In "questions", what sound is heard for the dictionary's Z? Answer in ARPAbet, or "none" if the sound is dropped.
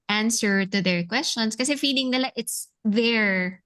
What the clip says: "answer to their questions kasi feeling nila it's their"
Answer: S